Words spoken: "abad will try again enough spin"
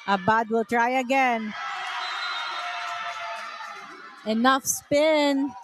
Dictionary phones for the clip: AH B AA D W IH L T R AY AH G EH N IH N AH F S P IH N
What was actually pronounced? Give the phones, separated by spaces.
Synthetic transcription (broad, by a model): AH B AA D W IH L T R AY AH G EH N IH N AH F S P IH N